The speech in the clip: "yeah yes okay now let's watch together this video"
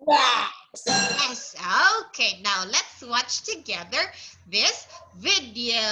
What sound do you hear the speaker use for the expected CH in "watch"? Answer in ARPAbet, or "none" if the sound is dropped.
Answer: CH